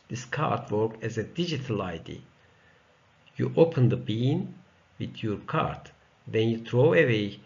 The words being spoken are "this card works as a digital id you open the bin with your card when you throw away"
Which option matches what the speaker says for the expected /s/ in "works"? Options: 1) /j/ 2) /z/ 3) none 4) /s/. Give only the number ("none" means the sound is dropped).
3